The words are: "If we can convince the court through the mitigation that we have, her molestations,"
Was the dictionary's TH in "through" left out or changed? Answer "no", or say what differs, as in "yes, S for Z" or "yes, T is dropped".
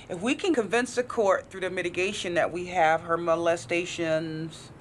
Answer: no